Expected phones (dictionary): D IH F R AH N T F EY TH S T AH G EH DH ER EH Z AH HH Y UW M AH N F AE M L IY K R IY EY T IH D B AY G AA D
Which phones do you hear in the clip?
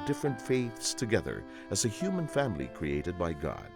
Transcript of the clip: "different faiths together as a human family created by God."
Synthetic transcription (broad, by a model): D IH F R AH N T F EY TH S T AH G EH DH ER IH Z AH HH Y UW M AH N F AE M L IY K R IY EY T IH D B AY G AA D